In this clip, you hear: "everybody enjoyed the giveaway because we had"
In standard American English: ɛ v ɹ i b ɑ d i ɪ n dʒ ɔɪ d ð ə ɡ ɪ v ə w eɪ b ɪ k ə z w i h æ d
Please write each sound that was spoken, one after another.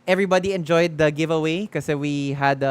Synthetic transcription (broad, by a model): ɛ v ɹ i b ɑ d i ɪ n dʒ ɔɪ d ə ɡ ɪ v ə w eɪ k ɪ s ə w i h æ d